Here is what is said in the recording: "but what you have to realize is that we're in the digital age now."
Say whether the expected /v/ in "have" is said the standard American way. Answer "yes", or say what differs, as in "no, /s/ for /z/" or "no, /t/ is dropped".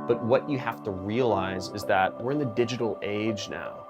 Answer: no, /f/ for /v/